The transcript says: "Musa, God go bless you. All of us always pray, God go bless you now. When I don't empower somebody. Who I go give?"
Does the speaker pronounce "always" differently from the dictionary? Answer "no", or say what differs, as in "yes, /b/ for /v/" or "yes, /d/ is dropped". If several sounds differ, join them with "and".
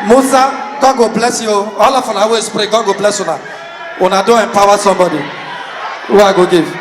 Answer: yes, /l/ is dropped and /s/ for /z/